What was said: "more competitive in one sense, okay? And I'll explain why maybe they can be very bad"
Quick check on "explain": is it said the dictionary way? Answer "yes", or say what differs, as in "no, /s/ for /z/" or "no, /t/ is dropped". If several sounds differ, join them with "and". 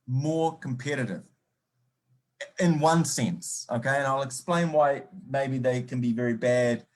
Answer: yes